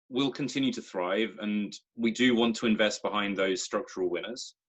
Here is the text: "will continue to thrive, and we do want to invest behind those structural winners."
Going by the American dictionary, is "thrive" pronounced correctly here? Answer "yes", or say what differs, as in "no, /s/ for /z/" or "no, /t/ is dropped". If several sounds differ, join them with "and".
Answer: yes